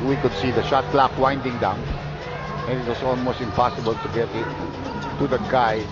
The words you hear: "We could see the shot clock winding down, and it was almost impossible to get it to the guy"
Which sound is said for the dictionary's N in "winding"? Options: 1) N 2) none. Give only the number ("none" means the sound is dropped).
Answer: 1